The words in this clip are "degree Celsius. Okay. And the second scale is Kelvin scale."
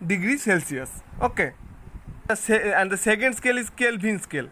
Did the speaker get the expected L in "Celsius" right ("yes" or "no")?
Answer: yes